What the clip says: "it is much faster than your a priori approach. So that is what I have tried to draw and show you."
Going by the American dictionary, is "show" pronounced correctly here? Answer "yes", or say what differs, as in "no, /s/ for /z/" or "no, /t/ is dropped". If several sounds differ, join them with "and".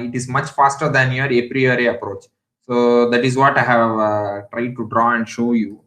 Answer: yes